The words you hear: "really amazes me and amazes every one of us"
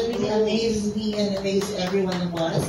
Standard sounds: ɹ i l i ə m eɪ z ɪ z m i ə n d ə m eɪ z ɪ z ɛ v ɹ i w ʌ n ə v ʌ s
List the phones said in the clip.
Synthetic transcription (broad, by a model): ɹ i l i ə m eɪ z ɪ z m i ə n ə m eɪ ɪ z ɛ v ɹ i w ʌ n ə w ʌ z